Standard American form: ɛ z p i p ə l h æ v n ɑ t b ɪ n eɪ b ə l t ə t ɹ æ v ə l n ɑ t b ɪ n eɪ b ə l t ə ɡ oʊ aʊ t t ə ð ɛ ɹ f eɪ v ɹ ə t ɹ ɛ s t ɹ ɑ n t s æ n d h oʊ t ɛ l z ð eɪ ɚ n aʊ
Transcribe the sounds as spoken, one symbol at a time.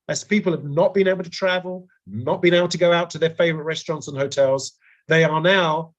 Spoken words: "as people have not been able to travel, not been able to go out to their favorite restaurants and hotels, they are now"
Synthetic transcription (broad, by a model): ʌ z p i p ə l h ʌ v n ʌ t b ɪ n eɪ b l t ə t ɹ æ v ə l n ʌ t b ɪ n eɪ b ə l t ə ɡ oʊ aʊ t t ə ð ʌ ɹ f eɪ v ɹ ə t ɹ ɛ s t ɹ ɑ n t s n h oʊ t ɛ l z ð eɪ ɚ n aʊ